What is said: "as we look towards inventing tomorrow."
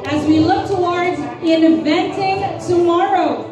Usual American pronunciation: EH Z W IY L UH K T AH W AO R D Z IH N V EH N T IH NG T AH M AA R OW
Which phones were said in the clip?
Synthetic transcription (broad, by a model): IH Z W IY L UH K T AH W AO R D Z IH N V EH N T IH NG T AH M AA R OW